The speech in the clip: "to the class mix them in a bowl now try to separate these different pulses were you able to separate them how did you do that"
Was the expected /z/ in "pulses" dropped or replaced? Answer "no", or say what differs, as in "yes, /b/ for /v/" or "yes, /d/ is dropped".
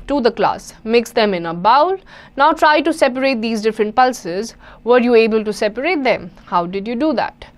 no